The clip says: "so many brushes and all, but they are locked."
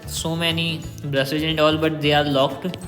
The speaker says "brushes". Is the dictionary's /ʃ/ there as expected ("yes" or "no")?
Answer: no